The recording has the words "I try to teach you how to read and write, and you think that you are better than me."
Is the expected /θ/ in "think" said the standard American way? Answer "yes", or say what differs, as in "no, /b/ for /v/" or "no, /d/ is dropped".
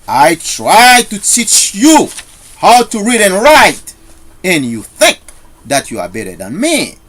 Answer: yes